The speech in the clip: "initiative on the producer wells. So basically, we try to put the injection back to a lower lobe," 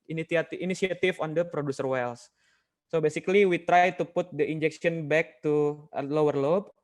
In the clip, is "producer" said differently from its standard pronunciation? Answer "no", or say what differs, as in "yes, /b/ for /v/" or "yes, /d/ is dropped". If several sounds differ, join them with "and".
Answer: no